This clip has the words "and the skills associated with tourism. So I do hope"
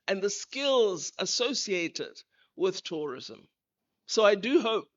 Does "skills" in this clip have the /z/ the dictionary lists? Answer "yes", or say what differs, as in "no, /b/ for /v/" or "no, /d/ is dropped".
yes